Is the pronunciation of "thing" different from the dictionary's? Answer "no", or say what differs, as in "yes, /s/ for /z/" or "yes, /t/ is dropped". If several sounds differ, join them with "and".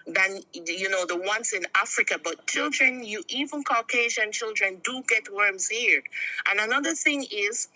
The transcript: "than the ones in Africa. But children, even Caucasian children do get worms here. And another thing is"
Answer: no